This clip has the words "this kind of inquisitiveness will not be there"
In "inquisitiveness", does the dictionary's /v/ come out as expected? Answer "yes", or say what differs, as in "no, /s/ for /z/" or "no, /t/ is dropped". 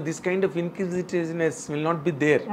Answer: no, /v/ is dropped